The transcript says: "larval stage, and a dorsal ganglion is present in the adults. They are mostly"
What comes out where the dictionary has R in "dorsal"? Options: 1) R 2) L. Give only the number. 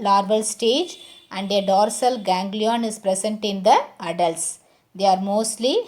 1